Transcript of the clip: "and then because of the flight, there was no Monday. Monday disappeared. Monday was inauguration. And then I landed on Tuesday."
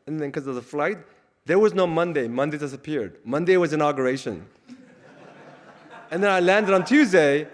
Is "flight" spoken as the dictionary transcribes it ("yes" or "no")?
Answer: yes